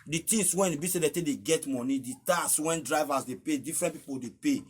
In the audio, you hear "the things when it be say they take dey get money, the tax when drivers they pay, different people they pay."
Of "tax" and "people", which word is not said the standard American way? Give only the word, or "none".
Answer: tax